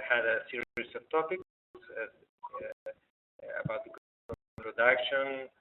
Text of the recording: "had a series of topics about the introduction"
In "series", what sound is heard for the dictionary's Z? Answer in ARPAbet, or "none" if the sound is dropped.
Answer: S